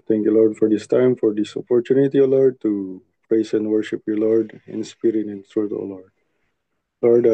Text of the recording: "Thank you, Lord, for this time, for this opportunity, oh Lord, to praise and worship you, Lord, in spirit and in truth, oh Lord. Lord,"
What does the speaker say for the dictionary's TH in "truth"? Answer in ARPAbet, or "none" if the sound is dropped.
T